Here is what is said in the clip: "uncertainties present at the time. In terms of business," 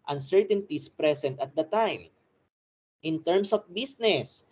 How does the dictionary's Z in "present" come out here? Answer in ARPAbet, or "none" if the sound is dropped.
S